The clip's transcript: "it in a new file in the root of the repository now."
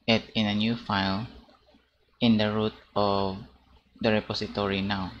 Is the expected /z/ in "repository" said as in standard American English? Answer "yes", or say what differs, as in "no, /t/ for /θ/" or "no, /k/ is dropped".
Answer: no, /s/ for /z/